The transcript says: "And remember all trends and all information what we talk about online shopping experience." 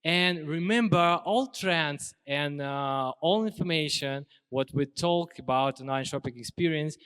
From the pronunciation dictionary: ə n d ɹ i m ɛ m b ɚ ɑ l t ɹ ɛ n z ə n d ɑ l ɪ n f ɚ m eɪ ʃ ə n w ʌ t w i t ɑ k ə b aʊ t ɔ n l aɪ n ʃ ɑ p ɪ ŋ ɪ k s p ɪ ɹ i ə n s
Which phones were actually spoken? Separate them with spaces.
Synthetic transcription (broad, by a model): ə n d ɹ i m ɛ m b ɚ ɑ l t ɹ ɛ n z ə n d ɑ l ɪ n f ɚ m eɪ ʃ ə n w ʌ t w i t ɑ k ə b aʊ t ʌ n aɪ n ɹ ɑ p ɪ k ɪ k s p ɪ ɹ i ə n s